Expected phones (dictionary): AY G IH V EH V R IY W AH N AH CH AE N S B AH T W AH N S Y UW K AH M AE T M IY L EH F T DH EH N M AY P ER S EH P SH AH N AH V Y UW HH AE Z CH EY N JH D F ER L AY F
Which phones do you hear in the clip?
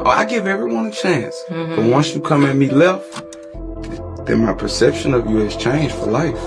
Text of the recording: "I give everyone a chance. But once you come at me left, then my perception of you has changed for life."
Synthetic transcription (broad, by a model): AY G IH V EH V R IY W AH N AH CH AE N S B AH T W AH N S Y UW K AH M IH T M IY L EH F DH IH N M AY P ER S EH P SH AH N AH V Y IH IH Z CH EY N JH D F ER L AY F